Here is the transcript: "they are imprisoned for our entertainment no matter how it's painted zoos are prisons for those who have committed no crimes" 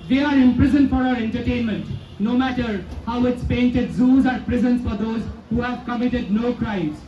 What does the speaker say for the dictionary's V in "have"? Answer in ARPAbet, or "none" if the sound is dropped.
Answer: V